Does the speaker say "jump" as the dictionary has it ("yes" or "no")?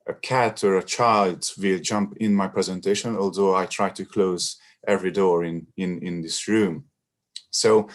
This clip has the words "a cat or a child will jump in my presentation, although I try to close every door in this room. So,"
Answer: yes